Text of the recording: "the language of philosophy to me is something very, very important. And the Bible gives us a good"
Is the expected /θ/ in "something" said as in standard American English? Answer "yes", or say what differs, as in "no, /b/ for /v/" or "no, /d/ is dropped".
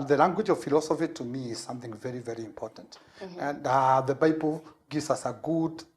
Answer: yes